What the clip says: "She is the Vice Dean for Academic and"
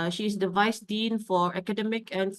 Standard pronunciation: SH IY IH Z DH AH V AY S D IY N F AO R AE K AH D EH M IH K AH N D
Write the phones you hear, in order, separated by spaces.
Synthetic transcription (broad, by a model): SH IY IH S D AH V AY S D IY N F AO R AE K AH D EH M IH K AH N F